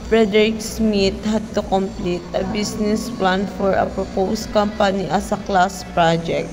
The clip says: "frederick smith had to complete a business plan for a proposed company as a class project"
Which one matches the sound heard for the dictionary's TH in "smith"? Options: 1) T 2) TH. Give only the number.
1